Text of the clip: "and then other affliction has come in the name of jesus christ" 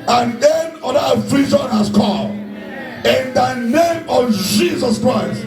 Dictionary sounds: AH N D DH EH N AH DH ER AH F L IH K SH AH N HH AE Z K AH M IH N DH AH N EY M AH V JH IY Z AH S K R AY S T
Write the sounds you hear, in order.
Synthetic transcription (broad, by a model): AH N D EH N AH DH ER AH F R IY SH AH N HH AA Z K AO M IH N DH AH N EY M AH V JH IY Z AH S K R AY S T